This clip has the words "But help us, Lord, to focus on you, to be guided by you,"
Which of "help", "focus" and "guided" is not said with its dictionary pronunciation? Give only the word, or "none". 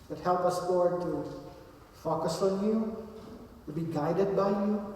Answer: none